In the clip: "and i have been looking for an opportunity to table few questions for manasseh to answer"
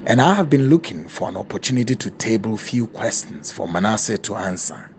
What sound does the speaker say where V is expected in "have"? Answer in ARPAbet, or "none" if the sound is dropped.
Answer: V